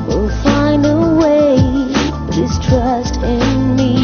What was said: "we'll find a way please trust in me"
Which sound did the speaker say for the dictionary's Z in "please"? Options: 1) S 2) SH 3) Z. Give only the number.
1